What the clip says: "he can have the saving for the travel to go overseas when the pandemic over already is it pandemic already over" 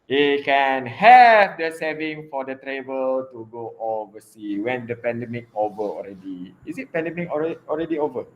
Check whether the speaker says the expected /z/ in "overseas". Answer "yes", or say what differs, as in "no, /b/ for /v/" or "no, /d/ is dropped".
no, /z/ is dropped